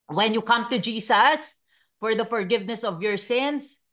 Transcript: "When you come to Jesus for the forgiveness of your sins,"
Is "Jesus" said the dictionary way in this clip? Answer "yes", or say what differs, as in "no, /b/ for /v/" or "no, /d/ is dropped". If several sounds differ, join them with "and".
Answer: no, /s/ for /z/